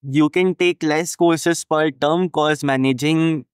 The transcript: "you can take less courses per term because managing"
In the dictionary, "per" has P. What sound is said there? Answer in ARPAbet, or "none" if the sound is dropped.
F